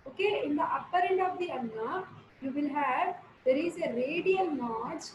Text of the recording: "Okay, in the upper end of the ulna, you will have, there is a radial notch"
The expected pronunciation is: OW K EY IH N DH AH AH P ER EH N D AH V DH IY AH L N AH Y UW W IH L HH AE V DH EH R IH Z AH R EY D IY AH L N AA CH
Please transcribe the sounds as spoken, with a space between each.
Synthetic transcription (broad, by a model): OW K EY IH N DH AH AH P ER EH N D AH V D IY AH N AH Y UW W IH L HH AE V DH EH R IH Z AH R EY D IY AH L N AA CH